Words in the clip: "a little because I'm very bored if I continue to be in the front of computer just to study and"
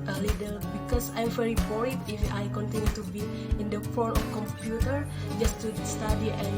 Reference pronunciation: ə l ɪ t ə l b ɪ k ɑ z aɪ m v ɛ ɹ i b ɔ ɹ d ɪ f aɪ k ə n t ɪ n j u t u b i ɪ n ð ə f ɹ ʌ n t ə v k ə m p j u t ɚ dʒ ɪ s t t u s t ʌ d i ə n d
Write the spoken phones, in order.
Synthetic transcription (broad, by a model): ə l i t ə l b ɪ k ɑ s aɪ m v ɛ ɹ i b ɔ ɹ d ɪ f aɪ k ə n t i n j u t u b i ɪ n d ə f ɔ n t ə f k ə m p j u t ɚ dʒ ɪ s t t u s t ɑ d i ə